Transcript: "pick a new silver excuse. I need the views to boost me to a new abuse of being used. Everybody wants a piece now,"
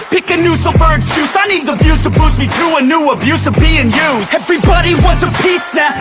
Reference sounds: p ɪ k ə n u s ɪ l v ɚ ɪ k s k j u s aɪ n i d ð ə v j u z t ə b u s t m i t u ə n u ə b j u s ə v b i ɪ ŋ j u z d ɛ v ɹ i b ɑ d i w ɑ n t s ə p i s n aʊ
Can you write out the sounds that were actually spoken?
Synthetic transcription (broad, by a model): p ɪ k ə n u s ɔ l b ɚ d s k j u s aɪ n i d ð ə b j u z t ə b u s m i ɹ u ə n u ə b j u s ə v b i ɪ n j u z ɛ v ɹ i b ɑ d i w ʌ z ə p i s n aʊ